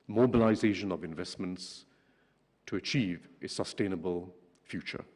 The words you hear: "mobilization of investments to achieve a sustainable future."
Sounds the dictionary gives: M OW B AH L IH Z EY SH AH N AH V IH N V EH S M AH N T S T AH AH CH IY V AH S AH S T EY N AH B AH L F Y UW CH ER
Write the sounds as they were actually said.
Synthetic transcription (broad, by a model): M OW B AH L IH Z EY SH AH N AH V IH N V EH S M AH N T S T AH AH CH IY V AH S AH S T EY N AH B AH L F Y UW CH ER